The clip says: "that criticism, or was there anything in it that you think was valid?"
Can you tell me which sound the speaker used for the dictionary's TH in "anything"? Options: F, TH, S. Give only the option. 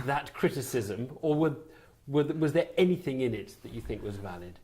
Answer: TH